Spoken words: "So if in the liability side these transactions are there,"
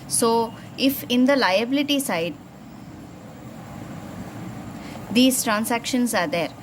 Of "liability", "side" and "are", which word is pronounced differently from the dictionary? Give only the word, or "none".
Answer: none